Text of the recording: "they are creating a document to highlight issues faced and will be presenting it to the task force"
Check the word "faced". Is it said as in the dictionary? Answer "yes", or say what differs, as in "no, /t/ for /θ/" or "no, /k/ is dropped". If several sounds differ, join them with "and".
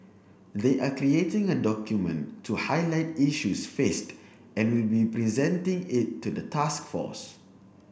yes